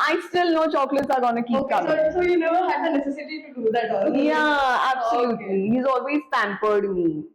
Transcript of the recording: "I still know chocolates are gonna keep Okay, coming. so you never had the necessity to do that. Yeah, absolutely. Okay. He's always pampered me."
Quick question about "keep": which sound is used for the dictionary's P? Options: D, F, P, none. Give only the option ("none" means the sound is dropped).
none